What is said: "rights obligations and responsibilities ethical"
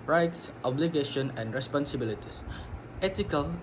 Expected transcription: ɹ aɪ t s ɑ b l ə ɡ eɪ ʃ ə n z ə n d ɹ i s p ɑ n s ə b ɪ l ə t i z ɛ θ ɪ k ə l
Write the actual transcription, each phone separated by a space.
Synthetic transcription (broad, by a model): ɹ aɪ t s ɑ b l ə ɡ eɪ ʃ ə n ə n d ɹ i s p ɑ n s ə b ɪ l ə t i s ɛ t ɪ k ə l